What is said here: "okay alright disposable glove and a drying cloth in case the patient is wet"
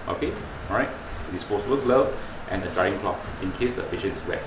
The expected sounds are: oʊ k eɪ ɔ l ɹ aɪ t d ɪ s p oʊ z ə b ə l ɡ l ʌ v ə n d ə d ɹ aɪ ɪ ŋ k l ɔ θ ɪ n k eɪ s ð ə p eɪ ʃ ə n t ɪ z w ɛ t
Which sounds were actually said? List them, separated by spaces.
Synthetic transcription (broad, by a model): oʊ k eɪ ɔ ɹ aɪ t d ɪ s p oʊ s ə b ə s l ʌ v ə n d ə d aɪ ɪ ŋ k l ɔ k ɪ n k eɪ s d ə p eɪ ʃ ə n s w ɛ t